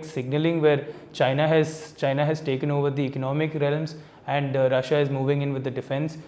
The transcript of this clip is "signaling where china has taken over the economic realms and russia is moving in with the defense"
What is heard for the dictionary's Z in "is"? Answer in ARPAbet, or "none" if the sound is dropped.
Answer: Z